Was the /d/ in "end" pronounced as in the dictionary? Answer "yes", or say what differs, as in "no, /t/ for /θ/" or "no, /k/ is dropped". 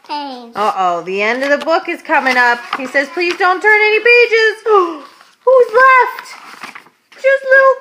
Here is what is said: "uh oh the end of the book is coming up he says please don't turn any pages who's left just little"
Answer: yes